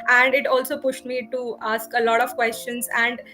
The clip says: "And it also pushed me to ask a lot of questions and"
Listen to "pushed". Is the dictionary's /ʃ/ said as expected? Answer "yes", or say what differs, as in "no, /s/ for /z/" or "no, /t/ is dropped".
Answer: yes